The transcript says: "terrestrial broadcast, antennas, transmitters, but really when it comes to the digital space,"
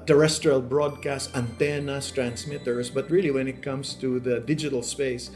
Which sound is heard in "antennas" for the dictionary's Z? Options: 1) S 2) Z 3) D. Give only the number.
1